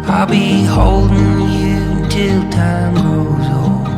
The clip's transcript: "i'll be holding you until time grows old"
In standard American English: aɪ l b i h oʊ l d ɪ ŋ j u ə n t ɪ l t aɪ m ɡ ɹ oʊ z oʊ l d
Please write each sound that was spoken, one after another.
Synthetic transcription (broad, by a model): aɪ l b i h oʊ l d ɪ ŋ j u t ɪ l t aɪ m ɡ oʊ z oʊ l